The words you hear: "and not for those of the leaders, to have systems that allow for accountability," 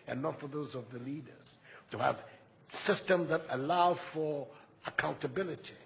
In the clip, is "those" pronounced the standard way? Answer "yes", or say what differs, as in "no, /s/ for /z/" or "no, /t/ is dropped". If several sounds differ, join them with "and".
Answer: yes